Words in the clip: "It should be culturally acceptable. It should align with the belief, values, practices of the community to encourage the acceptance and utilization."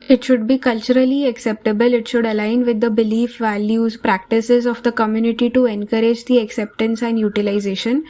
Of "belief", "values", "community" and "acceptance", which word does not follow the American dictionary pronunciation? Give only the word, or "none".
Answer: none